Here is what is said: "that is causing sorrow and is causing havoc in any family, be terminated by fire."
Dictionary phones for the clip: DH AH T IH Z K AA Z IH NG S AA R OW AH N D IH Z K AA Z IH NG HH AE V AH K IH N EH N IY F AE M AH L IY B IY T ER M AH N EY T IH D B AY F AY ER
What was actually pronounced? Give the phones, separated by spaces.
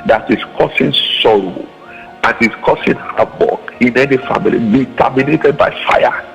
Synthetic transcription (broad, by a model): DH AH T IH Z K AA S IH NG S AA R OW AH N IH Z K AA S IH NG HH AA B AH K IH N EH N IY F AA M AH L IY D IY T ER M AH N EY T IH D B AY F AY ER